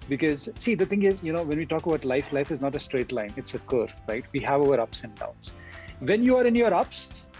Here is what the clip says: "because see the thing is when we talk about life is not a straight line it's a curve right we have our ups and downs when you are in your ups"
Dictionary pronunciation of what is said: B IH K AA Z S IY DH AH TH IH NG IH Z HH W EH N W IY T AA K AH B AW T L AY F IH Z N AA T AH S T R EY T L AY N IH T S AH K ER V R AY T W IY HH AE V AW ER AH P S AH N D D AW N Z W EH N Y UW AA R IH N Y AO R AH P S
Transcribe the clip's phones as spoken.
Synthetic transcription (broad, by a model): B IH K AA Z S IY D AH T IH NG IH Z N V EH N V IY T AA K AH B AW T L AY F IH Z N AA T AH S T R EY T L AY N IH T S AH K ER R AY T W IY HH AE V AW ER AH P S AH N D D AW N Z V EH N Y UW AA R IH N Y AO R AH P S